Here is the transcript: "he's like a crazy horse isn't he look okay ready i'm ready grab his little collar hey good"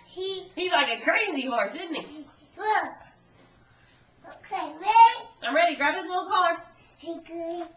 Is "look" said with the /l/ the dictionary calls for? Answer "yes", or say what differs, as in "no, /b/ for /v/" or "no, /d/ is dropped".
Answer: no, /w/ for /l/